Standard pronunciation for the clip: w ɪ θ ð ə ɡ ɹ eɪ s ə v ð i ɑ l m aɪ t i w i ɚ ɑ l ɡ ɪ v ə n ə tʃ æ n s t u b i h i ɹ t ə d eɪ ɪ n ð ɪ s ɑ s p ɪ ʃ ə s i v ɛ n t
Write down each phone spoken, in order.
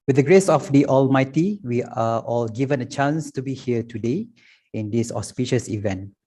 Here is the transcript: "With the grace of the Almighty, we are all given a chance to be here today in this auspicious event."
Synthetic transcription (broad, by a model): w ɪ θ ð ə ɡ ɹ eɪ s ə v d i ɑ l m aɪ t i w i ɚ ɑ l ɡ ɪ v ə n ə tʃ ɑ n s t u b i h i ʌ t ə d eɪ ɪ n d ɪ s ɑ s p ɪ ʃ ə s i v ɛ n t